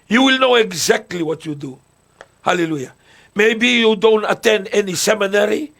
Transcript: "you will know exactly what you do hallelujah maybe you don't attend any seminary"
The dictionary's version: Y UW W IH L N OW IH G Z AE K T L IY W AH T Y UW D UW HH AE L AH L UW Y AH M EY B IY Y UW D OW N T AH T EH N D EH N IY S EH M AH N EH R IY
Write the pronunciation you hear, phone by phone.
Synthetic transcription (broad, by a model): Y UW W IH L N OW IH G Z AE K T L IY W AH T Y UW D UW HH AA L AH L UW Y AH M EY B IY Y UW D OW N T AH T EH N D EH N IY S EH M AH N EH R IY